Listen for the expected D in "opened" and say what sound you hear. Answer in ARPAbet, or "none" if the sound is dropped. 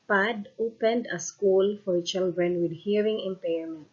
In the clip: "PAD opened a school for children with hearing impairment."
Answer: D